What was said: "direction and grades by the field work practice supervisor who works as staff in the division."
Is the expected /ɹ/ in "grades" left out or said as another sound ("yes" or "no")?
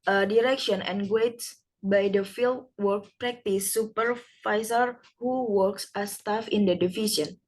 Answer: yes